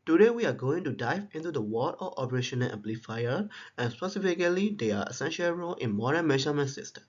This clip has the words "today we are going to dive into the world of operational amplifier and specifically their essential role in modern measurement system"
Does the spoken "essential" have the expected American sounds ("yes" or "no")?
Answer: yes